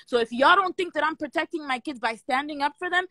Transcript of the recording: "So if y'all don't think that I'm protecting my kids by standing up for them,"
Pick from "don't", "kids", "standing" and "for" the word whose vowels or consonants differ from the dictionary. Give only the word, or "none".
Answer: none